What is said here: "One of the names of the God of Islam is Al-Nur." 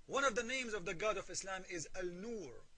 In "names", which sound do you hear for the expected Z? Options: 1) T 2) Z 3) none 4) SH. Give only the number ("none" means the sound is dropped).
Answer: 2